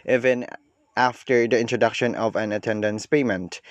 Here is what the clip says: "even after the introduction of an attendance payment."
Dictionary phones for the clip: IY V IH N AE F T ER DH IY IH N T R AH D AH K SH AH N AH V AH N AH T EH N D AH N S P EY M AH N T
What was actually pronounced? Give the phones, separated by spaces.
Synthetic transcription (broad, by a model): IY V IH N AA F T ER DH IY IH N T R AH D AH K SH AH N AH V AH N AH T EH N D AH N S P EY M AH N T